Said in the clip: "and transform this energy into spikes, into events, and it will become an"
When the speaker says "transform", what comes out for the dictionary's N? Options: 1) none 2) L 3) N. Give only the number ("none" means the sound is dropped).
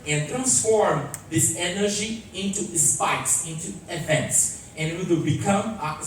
3